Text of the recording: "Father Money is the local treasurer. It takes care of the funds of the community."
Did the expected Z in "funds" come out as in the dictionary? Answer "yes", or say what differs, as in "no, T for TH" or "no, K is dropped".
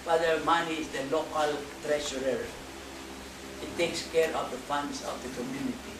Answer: no, S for Z